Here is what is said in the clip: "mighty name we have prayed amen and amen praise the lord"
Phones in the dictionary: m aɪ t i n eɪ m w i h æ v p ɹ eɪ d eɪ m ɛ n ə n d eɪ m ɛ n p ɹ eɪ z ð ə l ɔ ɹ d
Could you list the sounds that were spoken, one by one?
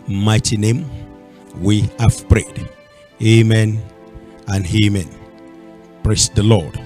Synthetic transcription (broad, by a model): m aɪ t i n eɪ m w i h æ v p ɹ eɪ d eɪ m ɛ n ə n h eɪ m ɛ n p ɹ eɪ s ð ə l ɔ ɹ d